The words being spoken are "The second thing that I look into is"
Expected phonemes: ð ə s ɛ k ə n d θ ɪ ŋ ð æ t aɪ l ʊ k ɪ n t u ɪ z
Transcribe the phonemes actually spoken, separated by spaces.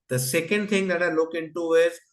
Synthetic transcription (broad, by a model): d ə s ɛ k ə n d t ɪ ŋ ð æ t aɪ l ʊ k ɪ n t u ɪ z